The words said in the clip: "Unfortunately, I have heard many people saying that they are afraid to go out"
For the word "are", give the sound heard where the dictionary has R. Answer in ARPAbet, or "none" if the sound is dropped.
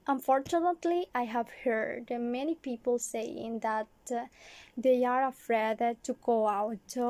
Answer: R